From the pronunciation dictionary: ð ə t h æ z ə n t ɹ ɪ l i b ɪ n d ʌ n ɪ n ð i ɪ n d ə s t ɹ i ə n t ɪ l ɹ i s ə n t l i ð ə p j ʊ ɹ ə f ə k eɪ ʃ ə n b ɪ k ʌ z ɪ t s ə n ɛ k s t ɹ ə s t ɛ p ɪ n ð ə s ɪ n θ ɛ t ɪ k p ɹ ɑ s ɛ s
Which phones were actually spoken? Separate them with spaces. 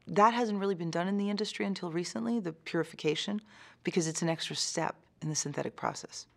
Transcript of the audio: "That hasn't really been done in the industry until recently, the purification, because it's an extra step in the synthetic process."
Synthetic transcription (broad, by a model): ð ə t h æ z ə n t ɹ ɪ l i b ɪ n d ʌ n ɪ n ð i ɪ n d ə s t ɹ i ə n t ɪ l ɹ i s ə n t l i ð ə p j ʊ ɹ ə f ə k eɪ ʃ ə n b ɪ k ʌ z ɪ t s n ɛ k s t ɹ ə s t ɛ p ɪ n ð ə s ɪ n θ ɛ t ɪ k p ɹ ɑ s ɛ s